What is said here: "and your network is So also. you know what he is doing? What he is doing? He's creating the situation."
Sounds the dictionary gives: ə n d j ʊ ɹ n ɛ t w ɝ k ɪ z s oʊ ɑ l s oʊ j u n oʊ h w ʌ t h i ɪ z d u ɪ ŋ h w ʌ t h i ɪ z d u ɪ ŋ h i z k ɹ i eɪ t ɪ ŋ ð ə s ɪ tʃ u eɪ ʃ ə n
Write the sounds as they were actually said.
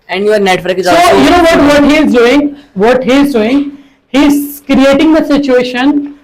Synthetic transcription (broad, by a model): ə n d j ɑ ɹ n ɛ t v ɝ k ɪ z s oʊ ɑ s oʊ j u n oʊ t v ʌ t h i ɪ z d u ɪ ŋ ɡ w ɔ t h i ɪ z d u ɪ ŋ h i z k ɹ i eɪ t ɪ ŋ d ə s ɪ tʃ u eɪ ʃ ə n